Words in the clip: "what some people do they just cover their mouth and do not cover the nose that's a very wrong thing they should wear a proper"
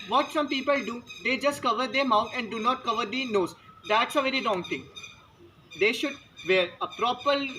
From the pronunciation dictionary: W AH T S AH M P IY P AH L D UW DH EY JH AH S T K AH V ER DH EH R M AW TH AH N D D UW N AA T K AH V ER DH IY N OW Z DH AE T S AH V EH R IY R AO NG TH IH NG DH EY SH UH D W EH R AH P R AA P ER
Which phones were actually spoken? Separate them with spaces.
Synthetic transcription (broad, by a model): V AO T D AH M P IY P AH L D UW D EY JH AH S T K AH V ER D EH R M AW T AH N D D UW N AA T K AH V ER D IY N OW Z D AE T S AH V EH R IY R AO NG T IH NG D EY SH UH D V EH R AH P R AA P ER